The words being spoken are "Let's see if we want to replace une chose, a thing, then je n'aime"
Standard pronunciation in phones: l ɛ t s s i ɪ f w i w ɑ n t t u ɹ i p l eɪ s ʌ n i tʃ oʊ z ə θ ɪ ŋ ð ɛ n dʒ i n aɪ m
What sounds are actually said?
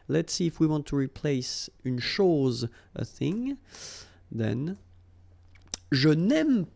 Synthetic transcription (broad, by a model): l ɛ t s s i ɪ f w i w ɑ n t t u ɹ i p l eɪ s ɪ n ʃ oʊ z ə θ ɪ ŋ ð ɛ n ʒ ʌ n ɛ m